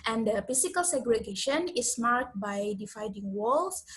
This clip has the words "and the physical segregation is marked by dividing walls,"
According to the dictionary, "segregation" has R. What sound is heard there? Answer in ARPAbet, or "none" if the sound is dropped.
R